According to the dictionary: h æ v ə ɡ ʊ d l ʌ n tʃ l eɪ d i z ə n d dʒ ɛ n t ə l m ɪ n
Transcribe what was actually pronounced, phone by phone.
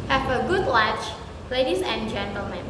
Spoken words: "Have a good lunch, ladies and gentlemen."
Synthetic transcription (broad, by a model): h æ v ə ɡ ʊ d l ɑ tʃ l eɪ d i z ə n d dʒ ɛ n t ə l m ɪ n